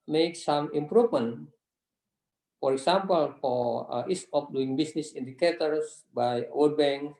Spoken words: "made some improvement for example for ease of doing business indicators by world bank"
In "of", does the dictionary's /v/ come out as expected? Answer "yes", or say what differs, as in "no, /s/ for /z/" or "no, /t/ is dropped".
no, /p/ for /v/